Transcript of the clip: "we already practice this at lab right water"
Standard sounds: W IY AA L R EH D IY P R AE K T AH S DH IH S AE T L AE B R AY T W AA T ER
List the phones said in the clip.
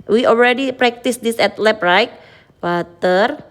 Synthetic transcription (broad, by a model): W IY AA L R EH D IY P R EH K T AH S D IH S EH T L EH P R AY T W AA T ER